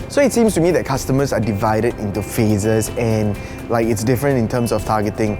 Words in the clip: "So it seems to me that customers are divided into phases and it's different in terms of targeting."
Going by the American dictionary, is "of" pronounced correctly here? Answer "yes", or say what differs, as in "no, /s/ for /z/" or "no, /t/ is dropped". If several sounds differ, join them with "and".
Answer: no, /f/ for /v/